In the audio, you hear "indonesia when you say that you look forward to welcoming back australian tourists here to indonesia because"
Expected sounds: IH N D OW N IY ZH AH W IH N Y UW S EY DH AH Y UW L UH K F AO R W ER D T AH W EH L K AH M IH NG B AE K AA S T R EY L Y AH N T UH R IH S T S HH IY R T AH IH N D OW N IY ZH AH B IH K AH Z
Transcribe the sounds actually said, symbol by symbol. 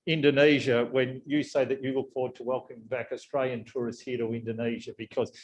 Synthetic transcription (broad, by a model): IH N D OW N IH ZH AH W IH N Y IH S EY DH AH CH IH W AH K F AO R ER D T AH W EH L K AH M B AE K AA S T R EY L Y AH N T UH R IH S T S HH IY R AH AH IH N D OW N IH ZH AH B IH K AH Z